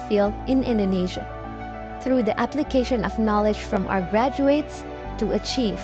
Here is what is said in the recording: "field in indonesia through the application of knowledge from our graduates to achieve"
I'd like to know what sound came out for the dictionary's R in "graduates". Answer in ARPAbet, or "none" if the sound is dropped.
R